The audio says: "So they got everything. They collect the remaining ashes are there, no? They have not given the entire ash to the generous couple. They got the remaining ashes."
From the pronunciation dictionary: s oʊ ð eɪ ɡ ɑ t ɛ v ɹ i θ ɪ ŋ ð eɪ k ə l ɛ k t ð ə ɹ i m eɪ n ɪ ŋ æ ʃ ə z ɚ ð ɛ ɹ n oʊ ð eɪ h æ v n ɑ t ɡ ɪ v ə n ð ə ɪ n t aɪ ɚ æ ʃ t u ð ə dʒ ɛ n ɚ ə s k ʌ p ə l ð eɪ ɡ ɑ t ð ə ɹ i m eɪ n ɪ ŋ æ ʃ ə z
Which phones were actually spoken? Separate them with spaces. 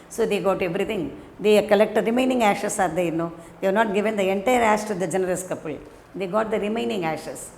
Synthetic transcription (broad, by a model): s oʊ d eɪ ɡ ɑ t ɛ v ɹ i t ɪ ŋ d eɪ k ə l ɛ k t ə ɹ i m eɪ n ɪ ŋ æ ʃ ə s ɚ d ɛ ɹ n oʊ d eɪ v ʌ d n ɑ t ɡ ɪ v ə n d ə ɪ n t aɪ ɚ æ s t u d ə dʒ ɛ n ɚ ə s k ʌ p ə l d eɪ ɡ ɑ t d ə ɹ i m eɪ n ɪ ŋ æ ʃ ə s